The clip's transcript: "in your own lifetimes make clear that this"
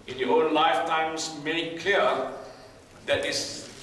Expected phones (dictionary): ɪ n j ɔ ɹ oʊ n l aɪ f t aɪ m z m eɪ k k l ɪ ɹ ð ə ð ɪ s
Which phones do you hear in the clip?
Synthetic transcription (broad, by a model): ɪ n j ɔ oʊ n l aɪ f t aɪ m s m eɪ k k ɛ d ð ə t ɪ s